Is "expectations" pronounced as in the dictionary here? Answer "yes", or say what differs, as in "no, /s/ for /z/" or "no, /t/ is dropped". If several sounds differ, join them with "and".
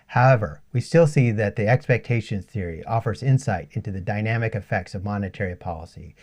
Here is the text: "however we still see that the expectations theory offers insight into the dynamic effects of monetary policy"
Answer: no, /z/ is dropped